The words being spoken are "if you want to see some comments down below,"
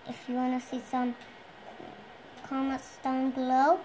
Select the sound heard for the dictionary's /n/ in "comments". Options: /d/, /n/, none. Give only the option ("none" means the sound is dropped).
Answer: none